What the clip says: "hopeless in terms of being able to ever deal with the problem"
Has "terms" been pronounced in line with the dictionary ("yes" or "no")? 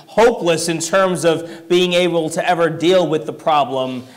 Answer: yes